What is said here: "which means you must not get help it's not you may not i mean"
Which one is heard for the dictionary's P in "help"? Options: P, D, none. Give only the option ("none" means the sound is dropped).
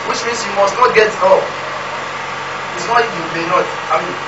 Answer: none